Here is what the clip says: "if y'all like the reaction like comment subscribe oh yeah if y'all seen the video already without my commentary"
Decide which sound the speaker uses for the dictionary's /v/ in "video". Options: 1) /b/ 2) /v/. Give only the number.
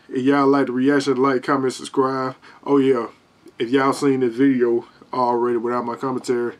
2